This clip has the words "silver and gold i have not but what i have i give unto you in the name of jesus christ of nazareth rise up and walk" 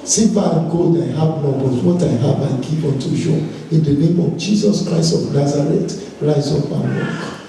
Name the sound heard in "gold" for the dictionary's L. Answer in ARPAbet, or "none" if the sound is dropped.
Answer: none